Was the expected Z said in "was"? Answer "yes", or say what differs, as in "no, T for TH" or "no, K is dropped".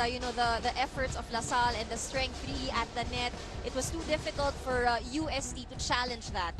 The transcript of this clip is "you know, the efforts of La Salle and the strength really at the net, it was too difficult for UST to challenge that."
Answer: no, S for Z